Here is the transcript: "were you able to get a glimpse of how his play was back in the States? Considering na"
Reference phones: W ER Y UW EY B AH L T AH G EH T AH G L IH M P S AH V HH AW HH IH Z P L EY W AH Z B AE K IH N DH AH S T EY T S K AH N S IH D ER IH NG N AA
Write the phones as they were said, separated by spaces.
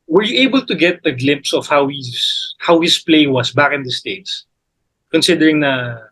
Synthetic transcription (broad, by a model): W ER Y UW EY B AH L T AH G EH T AH G L IH M P S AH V HH AW HH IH S P L EY W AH S B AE K IH N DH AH S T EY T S K AH N S IH D ER IH NG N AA